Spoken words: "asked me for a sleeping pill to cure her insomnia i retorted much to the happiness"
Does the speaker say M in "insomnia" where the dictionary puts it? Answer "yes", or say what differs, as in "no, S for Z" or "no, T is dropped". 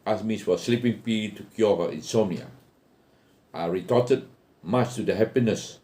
no, M is dropped